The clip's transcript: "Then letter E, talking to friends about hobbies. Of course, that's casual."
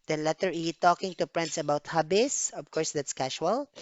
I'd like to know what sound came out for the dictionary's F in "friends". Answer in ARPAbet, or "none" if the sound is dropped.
P